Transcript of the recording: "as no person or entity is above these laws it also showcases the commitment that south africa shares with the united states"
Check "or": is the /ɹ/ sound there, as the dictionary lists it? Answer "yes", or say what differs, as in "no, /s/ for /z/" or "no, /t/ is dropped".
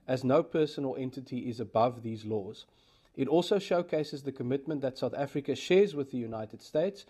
no, /l/ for /ɹ/